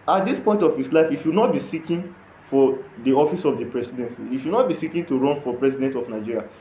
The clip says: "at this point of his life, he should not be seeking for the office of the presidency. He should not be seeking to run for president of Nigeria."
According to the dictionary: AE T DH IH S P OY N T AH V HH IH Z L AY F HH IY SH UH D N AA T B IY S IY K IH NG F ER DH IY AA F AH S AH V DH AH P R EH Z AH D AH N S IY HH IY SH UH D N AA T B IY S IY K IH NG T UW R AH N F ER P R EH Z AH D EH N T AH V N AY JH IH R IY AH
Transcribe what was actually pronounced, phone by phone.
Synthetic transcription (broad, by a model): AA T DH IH S P OY N T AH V HH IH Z L AY F HH IY SH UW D N AA T B IY S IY K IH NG F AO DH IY AA F AH S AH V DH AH P R EH S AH D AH N S IY HH IY SH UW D N AA T B IY S IY K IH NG T UW R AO N F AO P R EH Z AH D EH N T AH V N AY JH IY R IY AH